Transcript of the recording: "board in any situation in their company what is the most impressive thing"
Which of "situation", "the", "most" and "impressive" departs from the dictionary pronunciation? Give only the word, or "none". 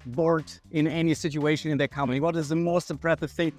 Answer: impressive